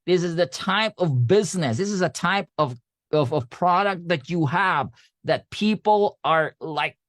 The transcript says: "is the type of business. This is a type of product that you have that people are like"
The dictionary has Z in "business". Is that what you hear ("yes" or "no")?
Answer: yes